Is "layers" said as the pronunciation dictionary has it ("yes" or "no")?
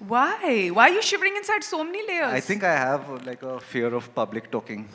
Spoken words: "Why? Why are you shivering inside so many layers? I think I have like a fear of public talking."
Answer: no